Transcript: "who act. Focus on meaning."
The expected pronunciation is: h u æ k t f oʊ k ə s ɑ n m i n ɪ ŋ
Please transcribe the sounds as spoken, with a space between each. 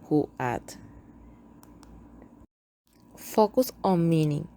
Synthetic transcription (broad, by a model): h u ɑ t f oʊ k ə s ɑ n m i n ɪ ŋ